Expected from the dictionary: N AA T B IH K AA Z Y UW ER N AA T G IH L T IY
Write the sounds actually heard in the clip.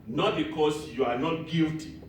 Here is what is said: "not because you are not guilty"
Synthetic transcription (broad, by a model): N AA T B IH K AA S Y UW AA N AA T G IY L T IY